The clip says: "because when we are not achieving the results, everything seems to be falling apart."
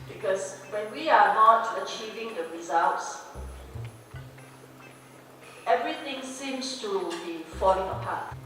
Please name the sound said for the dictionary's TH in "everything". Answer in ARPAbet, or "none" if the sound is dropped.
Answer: T